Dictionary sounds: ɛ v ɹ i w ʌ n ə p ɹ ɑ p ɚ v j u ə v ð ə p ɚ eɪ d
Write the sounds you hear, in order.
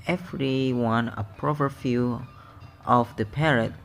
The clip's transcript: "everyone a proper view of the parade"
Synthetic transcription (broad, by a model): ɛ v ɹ i w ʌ n ə p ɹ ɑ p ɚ f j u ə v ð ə p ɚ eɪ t